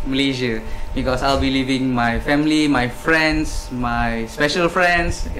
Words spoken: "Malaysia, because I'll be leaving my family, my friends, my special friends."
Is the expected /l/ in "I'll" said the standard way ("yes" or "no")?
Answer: yes